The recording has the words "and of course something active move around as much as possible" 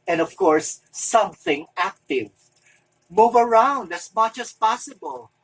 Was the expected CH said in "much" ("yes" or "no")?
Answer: yes